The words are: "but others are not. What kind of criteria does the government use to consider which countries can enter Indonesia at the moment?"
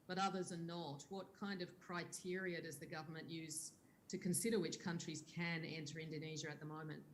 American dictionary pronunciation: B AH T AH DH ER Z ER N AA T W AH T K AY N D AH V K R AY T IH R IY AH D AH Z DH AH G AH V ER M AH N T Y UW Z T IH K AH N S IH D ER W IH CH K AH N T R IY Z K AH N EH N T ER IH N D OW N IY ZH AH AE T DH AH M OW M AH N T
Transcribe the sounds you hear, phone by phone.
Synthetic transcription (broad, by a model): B AH T AH DH ER Z ER N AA T W AH T K AY N D AH V K R AY T IH R IY AH D AH Z DH AH G AH V ER M AH N T Y UW Z T IH K AH N S IH D ER W IH CH K AH N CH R IY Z K AH N EH N T ER IH N D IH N IY ZH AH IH T DH AH M OW M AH N T